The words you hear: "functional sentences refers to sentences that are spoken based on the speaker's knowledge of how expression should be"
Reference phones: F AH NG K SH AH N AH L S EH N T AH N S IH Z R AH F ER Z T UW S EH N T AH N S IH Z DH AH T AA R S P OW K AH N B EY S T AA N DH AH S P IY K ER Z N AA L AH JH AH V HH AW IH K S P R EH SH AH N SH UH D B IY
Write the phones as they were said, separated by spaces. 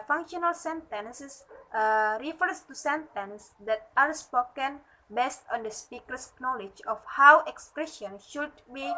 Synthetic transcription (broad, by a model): F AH NG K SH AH N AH L S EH N T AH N S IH S R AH F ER S T UW S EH N T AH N S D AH T AA R S P OW K AH N B EY S T AA N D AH S P IY K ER S N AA L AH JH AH F HH AW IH K S P R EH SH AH N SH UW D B IY